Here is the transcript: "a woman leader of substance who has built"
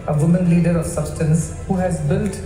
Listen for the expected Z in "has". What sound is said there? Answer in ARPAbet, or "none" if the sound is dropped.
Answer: Z